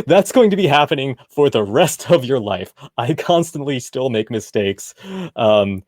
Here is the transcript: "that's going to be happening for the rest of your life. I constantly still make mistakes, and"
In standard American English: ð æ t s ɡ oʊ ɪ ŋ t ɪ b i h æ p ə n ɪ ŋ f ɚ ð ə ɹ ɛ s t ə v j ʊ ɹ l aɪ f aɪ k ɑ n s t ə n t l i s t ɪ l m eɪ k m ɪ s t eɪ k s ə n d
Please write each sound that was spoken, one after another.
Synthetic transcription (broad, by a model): ð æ t s ɡ oʊ ɪ ŋ t ɪ b i h æ p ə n ɪ ŋ f ɚ ð ə ɹ ɛ s t ə v j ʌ ɹ l aɪ f aɪ k ɑ n s t ə n t l i s t ɪ l m eɪ k m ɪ s t eɪ k s ə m